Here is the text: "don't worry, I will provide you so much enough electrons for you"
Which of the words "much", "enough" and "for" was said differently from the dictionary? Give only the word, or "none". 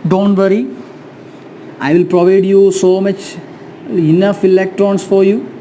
none